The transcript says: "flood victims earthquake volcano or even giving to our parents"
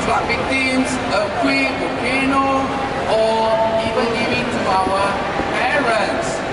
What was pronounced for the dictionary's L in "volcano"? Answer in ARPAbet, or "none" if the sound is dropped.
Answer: none